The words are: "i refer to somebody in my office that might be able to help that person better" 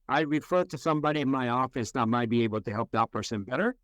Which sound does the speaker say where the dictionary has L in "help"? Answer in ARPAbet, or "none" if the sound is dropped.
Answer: L